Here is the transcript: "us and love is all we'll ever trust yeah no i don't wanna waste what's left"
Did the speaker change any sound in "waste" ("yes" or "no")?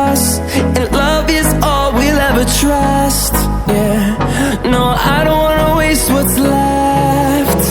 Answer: no